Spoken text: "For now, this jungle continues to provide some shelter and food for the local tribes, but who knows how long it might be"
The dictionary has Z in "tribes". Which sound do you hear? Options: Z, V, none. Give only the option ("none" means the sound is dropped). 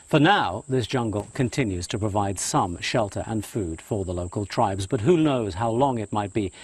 Z